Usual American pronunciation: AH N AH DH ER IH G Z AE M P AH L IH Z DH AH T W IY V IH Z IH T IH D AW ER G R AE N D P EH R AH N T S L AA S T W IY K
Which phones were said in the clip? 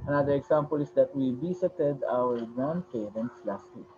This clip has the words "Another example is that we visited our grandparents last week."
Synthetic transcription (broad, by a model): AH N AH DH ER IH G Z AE M P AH L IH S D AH T W IY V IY S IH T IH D AW ER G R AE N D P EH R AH N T S L AA S T W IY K